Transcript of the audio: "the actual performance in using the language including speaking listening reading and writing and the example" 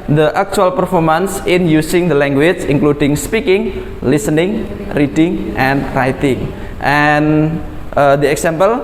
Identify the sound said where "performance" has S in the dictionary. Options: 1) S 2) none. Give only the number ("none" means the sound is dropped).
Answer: 1